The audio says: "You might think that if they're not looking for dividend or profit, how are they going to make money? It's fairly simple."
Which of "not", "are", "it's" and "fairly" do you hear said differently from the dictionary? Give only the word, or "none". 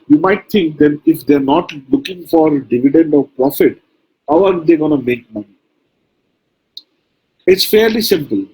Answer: none